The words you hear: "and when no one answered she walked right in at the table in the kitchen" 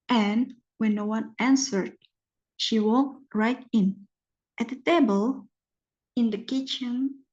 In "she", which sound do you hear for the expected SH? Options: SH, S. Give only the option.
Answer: SH